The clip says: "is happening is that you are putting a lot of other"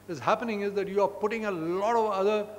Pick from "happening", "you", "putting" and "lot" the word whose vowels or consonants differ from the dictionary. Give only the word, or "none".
none